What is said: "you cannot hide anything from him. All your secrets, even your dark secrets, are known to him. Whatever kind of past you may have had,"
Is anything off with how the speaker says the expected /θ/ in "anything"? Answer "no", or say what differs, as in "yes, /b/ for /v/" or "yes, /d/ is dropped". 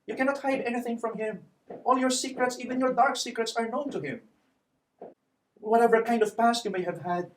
no